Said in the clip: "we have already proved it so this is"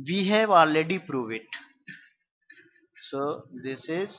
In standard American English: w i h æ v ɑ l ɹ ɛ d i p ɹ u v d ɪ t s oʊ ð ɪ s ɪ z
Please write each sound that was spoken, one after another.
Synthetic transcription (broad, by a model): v i h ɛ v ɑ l ɛ d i p ɹ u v ɪ t s oʊ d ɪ s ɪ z